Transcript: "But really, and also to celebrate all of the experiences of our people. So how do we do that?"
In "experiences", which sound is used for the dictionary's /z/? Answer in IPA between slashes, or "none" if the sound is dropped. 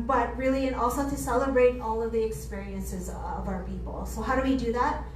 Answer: /z/